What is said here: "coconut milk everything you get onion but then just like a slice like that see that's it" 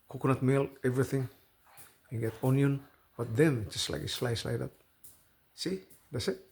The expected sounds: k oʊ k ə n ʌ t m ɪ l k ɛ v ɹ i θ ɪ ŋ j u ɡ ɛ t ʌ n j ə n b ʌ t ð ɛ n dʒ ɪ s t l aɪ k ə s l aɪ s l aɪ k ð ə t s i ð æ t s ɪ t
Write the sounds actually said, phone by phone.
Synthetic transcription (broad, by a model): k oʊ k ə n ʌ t m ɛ l ɛ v ɹ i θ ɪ ŋ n ɡ ɛ t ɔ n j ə n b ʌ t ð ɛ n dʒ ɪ s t l aɪ k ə s l aɪ s l aɪ k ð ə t s i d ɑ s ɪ t